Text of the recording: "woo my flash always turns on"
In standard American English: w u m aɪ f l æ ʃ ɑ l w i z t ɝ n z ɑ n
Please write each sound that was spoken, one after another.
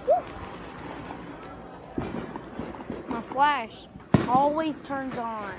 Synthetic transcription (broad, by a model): m aɪ f l æ ʃ ɑ l w i z t ɝ n z n